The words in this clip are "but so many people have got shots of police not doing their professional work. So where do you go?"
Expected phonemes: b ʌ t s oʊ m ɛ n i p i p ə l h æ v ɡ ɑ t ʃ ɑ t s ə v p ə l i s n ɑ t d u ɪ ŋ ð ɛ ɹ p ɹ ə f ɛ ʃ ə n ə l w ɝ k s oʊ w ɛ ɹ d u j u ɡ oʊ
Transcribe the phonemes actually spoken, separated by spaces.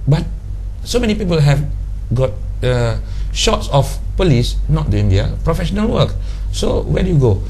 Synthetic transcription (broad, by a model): b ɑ t s oʊ m ɛ n i p i p ə l h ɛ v ɡ ɑ t ʃ ɑ t s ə f p ə l i s n ɑ t d u ɪ ŋ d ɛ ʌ p ɹ ə f ɛ ʃ ə n ə l w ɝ k s oʊ w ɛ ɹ d u j u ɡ oʊ